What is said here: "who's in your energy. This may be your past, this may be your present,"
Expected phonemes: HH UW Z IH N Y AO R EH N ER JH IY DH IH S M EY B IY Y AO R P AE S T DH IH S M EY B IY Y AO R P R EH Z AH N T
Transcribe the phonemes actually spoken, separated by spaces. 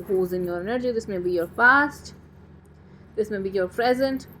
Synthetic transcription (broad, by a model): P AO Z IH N Y AO R EH N ER JH IY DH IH S M EY B IY Y AO R F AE S T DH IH S M EY B IY Y AO R P R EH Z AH N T